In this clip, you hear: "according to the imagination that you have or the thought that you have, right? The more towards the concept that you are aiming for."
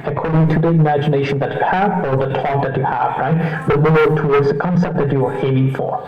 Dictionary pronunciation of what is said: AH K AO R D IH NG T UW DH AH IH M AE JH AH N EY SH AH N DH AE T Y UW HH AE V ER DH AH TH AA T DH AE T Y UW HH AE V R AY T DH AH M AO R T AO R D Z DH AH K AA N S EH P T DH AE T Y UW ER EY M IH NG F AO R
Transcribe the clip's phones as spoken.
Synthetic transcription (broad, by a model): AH K AO R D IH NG T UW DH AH IH M AE JH AH N EY SH AH N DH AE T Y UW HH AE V ER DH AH T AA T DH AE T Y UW HH AE V R AY T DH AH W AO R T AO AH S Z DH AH K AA N S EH P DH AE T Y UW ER EY M IH NG F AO R